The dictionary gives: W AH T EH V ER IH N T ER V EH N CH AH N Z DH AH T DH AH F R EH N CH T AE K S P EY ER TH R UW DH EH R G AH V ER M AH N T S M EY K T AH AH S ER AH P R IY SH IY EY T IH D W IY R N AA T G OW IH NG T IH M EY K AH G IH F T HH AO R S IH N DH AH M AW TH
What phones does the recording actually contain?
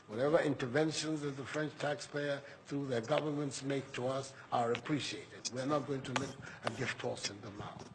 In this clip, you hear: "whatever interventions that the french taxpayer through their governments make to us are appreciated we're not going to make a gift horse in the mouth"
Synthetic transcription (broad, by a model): W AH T EH V ER IH N T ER V EH N SH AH N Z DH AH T DH AH F R EH N CH T AE K S P EY ER TH R UW DH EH R G AH V ER M AH N T S M EY K T AH AH S ER AH P R IY SH IY EY T IH D W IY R N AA T G OW IH NG T IH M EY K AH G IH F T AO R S IH N DH AH M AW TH